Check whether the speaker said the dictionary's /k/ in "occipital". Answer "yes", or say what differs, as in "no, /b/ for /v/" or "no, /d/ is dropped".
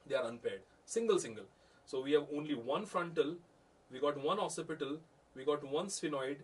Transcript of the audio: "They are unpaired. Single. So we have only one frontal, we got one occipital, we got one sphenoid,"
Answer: no, /k/ is dropped